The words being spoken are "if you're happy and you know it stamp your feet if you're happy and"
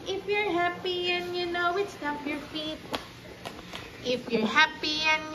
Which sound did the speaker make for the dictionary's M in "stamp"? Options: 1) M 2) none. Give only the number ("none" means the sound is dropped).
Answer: 2